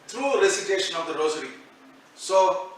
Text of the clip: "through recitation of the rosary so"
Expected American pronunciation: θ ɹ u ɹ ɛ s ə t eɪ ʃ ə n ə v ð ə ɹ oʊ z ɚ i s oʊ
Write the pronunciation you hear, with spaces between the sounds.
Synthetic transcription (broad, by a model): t ɹ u ɹ ɛ s ə t eɪ ʃ ə n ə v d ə ɹ oʊ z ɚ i s oʊ